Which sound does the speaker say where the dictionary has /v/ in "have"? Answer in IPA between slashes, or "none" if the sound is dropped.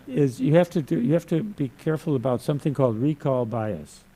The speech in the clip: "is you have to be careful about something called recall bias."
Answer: /f/